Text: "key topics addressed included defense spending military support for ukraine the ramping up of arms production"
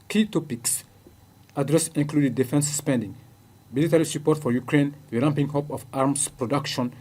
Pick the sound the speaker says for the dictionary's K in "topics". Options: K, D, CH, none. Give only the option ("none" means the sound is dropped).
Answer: K